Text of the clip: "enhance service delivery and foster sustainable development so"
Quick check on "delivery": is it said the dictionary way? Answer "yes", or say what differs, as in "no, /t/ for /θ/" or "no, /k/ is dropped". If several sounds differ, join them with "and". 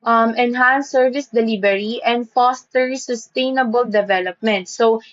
no, /b/ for /v/